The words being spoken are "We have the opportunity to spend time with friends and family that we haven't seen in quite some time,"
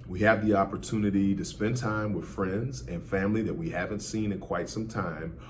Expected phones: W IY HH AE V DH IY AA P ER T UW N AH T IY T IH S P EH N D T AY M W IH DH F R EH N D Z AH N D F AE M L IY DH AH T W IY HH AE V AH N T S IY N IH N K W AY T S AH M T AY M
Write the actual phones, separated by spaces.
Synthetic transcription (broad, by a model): W IY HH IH V DH IY AA P ER T UW N AH T IY T IH S P EH N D T AY M W IH DH F R EH N D Z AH N F AE M L IY DH AH T W IY HH AE V AH N T S IY N IH N K W AY T S AH M T AY M